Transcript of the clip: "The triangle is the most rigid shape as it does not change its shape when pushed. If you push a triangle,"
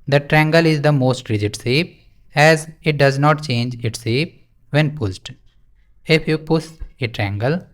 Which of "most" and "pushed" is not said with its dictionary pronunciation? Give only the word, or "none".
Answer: pushed